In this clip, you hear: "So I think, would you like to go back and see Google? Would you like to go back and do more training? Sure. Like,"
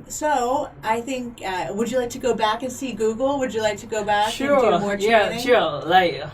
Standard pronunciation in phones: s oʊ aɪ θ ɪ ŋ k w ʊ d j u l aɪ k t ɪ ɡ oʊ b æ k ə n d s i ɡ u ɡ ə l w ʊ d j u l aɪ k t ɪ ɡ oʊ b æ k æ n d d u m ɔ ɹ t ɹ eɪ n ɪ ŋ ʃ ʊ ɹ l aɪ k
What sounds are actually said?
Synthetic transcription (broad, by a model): s oʊ aɪ θ ɪ ŋ k w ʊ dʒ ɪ l aɪ k t ɪ ɡ oʊ b æ k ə n s i ɡ u ɡ l w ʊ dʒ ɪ l aɪ k t ɪ ɡ oʊ b æ k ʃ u m ɔ ɹ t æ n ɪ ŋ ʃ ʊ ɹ l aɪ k